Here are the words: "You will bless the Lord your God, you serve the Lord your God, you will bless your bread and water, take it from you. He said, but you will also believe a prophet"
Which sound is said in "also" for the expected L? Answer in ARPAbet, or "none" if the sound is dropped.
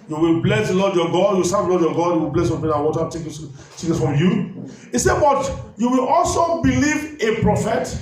L